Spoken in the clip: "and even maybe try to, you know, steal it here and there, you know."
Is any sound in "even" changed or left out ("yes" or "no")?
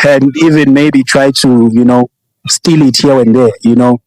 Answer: no